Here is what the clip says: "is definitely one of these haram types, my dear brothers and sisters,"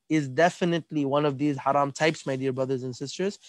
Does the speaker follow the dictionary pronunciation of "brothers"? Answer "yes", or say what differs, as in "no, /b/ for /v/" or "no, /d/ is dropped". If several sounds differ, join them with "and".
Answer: yes